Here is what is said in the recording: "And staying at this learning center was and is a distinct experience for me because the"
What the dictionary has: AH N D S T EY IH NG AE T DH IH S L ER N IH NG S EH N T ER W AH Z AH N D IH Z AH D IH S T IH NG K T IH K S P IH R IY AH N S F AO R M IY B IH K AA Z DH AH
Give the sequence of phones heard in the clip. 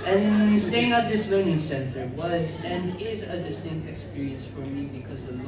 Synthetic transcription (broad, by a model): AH N S T EY IH NG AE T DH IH S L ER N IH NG S EH N T ER W AH Z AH N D IH Z AH D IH S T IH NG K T IH K S P IH R IY AH N S F AO R M IY B IH K AA Z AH